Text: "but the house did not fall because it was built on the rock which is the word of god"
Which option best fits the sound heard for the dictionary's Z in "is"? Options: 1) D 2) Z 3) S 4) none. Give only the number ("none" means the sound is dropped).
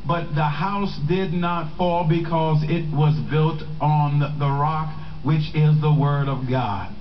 2